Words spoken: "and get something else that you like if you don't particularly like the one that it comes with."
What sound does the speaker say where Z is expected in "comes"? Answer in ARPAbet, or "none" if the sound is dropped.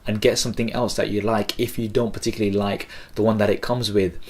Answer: Z